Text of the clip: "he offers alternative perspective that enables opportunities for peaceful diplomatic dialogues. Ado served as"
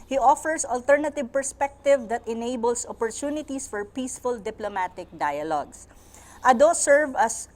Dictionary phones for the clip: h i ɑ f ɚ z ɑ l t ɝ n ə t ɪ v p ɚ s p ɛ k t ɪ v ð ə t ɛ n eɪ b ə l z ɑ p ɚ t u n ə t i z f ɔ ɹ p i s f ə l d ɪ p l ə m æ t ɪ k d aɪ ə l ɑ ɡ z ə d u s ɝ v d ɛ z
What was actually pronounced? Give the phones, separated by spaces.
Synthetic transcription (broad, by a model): h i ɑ f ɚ s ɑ l t ɝ n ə t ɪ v p ɚ s p ɛ k t ɪ v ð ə t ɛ n eɪ b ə l s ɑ p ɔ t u n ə t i s f ɔ ɹ p i s f ə l d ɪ p l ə m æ t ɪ k d aɪ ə l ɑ ɡ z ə d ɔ s ɝ v ʌ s